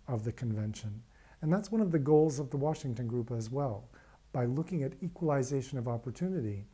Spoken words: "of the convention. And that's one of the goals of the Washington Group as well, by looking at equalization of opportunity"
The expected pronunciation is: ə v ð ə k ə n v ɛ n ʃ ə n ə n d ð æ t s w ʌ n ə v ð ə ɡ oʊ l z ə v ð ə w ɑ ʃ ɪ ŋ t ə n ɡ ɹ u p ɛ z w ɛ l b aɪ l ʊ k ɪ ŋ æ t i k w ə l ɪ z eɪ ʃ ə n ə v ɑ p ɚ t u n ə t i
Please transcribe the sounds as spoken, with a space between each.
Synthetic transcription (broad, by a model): ə v ð ə k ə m v ɛ n ʃ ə n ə n ð æ t s w ʌ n ə v ð ə ɡ oʊ l z ə v ð ə w ɑ ʃ ɪ ŋ t ə n ɡ ɹ u p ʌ z w ɛ l b aɪ l ʊ k ɪ ŋ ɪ t i k w ə l ɪ z eɪ ʃ ə n ə v ɑ p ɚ t u n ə t i